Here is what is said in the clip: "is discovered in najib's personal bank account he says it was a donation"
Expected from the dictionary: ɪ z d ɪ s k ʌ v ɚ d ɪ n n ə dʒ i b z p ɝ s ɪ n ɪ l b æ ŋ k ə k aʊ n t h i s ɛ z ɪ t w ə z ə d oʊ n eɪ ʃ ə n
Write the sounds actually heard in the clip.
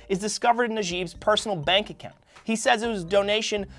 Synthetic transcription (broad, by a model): ɪ z d ɪ s k ʌ v ɚ d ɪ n n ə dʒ i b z p ɝ s n l b æ ŋ k ə k aʊ n t h i s ɛ z ɪ t w ə z d oʊ n eɪ ʃ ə n